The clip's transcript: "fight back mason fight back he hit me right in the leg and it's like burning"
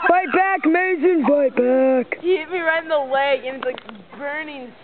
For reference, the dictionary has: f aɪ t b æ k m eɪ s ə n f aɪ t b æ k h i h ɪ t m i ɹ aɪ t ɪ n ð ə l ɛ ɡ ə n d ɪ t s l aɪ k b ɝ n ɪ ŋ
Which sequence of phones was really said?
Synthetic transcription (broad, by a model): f aɪ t b æ k m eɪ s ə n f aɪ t b æ k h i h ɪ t m i ɹ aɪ ɪ n ð ə w ɛ ə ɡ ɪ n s l aɪ k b ɝ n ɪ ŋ